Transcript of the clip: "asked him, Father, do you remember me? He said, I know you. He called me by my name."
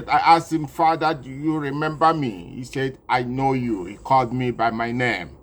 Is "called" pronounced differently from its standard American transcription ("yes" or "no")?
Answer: no